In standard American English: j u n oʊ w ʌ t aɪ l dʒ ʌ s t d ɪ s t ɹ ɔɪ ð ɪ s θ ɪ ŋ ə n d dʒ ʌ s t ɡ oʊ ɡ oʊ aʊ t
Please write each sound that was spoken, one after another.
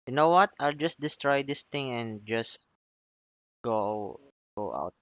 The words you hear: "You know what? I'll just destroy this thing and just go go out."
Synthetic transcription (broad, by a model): j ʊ n oʊ w ʌ t aɪ l dʒ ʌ s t d ɪ s t ɹ ɔɪ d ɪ s t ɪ ŋ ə n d dʒ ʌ s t ɡ oʊ ɡ oʊ aʊ t